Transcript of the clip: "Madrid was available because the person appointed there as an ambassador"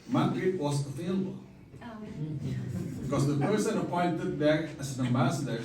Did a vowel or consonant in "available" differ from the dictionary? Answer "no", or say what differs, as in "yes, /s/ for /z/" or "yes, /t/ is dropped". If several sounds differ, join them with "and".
yes, /f/ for /v/